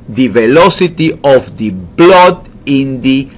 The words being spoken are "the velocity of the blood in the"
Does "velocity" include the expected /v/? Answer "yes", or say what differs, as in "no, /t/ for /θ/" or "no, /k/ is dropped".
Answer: yes